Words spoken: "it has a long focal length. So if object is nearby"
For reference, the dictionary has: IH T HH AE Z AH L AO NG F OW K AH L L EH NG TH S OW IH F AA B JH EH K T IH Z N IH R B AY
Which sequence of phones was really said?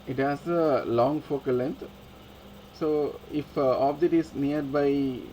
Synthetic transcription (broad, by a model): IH T HH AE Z AH L AO NG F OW K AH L L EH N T S OW IH F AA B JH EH T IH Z N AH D B AY